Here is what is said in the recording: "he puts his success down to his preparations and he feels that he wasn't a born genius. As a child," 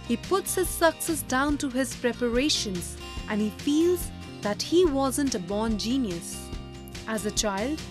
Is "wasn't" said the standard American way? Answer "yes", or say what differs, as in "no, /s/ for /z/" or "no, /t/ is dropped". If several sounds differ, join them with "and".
yes